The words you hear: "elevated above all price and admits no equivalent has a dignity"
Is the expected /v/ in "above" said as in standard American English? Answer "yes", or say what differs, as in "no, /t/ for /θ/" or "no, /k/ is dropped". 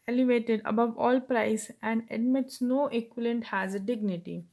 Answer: yes